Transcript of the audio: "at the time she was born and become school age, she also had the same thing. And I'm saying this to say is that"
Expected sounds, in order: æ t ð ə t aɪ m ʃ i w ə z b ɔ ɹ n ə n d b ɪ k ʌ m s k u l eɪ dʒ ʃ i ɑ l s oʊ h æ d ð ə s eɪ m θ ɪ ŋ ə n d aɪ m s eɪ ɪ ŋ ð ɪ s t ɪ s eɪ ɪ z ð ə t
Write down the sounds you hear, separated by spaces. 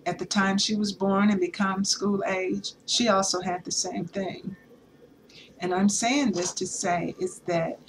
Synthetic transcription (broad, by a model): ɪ t ð ə t aɪ m ʃ i w ə z b ɔ ɹ n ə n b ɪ k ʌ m s k u l eɪ dʒ ʃ i ɑ l s oʊ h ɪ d ð ə s eɪ m θ ɪ ŋ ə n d aɪ m s eɪ ɪ ŋ ð ɪ s t ɪ s eɪ ɪ z ð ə t